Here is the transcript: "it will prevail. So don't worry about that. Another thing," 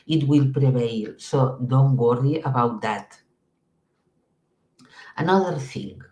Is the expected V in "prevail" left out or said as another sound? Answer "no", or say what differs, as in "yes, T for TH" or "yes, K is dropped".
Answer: yes, B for V